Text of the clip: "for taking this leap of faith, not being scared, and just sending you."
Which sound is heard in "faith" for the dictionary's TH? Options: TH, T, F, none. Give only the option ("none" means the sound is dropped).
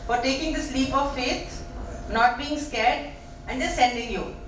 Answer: T